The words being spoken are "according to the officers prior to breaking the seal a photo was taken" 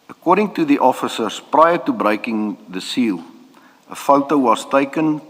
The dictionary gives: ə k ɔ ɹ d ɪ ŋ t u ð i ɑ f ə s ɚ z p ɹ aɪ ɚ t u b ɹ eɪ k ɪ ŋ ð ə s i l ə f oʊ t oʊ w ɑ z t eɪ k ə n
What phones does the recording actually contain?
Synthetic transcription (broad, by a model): ə k ɔ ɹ d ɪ ŋ t u ð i ɑ f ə s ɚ s p ɹ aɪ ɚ t u b ɹ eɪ k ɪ ŋ ð ə s i l ə f oʊ t oʊ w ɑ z t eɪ k ə n